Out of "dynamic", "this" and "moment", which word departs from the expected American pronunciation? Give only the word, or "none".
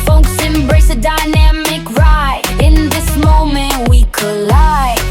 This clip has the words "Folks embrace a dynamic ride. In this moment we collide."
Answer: none